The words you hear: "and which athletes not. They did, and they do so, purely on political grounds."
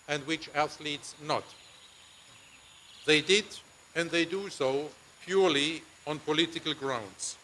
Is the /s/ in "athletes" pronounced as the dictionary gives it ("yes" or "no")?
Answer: yes